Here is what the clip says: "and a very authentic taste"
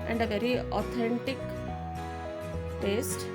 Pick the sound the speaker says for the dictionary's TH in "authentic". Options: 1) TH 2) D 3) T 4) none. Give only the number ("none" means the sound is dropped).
3